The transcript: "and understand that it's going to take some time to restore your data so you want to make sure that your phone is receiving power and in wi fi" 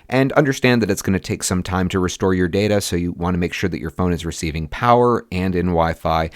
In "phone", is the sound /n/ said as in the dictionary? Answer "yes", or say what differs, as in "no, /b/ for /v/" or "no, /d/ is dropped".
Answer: yes